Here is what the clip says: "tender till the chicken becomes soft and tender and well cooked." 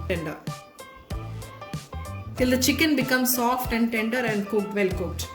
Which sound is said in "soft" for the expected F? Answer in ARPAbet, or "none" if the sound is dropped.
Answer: F